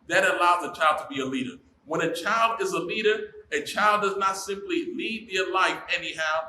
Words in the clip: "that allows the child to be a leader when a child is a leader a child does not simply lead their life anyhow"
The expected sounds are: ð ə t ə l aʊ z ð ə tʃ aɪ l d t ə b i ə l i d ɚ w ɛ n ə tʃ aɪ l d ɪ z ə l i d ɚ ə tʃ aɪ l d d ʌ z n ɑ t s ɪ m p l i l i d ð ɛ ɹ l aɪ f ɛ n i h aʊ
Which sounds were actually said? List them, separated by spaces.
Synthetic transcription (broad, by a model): ð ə t ə l aʊ z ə tʃ aɪ l d t ə b i ə l i d ɚ w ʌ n ə tʃ aɪ l d ɪ z ə l i d ɚ ə tʃ aɪ l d d ʌ z n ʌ t s ɪ m p l i l i d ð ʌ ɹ l aɪ f ɛ n i h aʊ